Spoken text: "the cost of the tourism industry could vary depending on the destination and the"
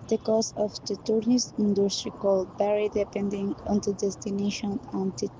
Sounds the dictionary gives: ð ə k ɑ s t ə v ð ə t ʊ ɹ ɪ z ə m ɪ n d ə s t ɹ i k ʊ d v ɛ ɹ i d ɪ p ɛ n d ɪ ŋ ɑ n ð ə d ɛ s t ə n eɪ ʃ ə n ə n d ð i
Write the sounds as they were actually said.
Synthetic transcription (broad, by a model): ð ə k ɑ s ə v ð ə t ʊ ɹ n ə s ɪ n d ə s t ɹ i k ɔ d b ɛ ɹ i d ɪ p ɛ n d ɪ ŋ ɑ n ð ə d ɛ s t ə n eɪ ʃ ə n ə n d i